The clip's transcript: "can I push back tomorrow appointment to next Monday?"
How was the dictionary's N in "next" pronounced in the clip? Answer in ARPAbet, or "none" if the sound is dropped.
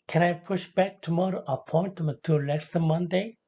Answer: L